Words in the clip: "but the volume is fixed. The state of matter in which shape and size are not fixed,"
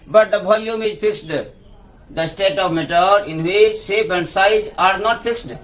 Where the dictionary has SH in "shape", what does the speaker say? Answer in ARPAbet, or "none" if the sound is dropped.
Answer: S